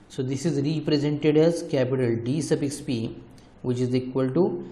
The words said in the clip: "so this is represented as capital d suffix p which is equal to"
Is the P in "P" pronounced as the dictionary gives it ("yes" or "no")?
yes